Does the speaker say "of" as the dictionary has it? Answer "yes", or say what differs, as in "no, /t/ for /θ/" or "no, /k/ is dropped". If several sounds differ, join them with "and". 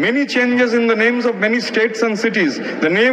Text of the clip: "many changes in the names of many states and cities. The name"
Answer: yes